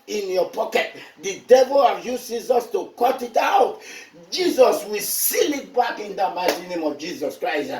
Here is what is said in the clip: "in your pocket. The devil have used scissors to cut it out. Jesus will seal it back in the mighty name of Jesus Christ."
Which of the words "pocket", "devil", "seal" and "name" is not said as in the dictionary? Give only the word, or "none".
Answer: none